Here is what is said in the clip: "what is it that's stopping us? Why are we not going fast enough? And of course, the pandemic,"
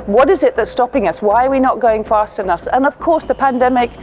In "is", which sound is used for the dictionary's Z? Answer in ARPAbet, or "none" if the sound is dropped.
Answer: Z